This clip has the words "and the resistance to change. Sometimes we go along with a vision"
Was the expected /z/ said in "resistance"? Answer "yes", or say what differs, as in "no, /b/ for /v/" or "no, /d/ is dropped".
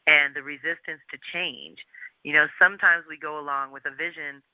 yes